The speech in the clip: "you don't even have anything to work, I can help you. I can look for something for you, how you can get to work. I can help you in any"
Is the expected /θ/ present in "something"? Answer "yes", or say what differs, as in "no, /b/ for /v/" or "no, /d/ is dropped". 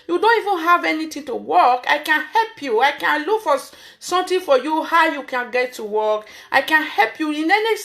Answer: no, /t/ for /θ/